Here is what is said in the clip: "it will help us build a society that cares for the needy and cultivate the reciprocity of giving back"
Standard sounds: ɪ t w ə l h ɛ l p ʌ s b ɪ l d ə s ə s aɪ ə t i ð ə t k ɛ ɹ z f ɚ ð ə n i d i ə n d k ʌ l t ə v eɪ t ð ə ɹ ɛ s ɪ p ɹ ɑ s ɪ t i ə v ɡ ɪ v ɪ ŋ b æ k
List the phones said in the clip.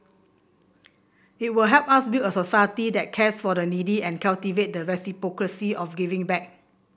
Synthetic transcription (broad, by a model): ɪ t w ə l h ɛ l p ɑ s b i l ə s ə s aɪ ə t i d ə t k ɛ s f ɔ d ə n i d i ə n k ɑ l t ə v eɪ t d ə ɹ ɛ s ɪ p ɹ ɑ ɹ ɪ s i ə f ɡ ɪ v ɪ ŋ b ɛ k